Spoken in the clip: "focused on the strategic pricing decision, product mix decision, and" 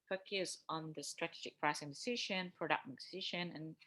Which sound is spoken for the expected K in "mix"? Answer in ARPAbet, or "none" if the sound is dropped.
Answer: none